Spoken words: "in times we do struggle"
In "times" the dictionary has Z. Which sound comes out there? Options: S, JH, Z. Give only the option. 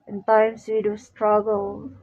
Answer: S